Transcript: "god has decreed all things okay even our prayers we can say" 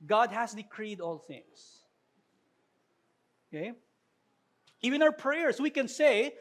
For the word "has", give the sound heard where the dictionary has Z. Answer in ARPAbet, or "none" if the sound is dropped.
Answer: S